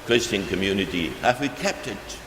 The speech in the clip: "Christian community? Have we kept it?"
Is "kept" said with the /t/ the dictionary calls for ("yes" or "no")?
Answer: yes